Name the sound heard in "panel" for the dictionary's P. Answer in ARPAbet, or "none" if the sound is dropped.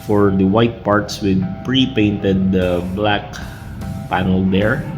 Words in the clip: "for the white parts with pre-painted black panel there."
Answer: P